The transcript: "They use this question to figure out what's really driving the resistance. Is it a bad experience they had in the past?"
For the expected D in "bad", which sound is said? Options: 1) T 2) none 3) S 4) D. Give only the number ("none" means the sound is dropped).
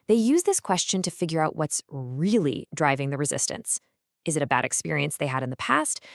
4